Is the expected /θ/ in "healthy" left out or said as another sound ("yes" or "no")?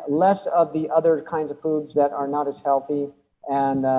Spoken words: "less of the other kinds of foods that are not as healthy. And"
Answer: no